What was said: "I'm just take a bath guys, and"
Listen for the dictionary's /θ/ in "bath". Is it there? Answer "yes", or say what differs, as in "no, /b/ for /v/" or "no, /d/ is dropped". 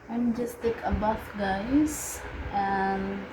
no, /f/ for /θ/